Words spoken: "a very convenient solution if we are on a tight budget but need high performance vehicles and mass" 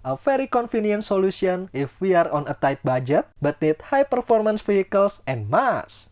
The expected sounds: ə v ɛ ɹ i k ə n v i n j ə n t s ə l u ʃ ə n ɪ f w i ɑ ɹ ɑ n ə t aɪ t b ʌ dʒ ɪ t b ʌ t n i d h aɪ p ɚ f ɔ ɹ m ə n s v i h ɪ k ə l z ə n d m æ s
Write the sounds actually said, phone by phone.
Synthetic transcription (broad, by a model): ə f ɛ ɹ i k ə n f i n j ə n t s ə l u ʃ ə n ɪ f w i ɑ ɹ ɑ n ə t aɪ t b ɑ dʒ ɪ t b ʌ t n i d h aɪ p ɚ f ɔ ɹ m ə n s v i h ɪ k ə l s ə n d m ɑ s